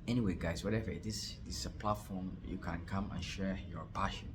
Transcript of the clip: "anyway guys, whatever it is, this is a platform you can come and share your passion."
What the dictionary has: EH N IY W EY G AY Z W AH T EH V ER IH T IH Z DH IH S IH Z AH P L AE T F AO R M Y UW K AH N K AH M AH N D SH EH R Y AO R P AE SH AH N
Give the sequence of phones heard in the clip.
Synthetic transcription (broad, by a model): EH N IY W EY G AY S W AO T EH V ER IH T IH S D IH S AH P L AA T F AO M Y UW K AH N K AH M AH N SH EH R Y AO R P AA SH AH N